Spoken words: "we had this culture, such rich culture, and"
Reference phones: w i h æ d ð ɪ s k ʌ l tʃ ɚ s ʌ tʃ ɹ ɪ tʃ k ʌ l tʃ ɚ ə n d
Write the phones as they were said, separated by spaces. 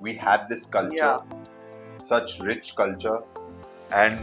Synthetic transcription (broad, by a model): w i h æ d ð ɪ s k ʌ l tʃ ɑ s ʌ tʃ ɹ ɪ tʃ k ʌ l tʃ ɚ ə n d